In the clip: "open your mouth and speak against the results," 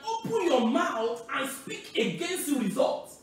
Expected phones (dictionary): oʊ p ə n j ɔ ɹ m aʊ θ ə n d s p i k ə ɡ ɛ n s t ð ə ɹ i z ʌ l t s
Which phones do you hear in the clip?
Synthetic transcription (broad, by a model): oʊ p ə n j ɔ m aʊ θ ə n s p i k ə ɡ ɛ n s t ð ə ɹ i z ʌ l t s